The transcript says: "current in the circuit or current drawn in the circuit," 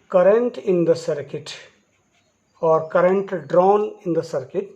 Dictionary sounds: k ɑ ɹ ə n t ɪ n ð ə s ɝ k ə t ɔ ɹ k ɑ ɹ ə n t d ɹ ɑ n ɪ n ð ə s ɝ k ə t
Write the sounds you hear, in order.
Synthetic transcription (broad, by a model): k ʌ ɹ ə n t ɪ n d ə s ɝ k ə t ɔ ɹ k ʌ ɹ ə n t d ɹ ɑ n ɪ n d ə s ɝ k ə t